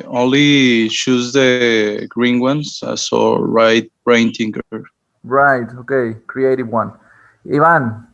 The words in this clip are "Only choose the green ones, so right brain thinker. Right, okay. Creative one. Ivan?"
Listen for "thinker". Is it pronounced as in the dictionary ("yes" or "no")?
no